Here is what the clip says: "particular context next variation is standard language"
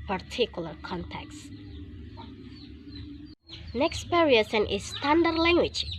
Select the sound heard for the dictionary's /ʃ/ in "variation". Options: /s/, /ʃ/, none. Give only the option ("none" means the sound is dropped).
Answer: /s/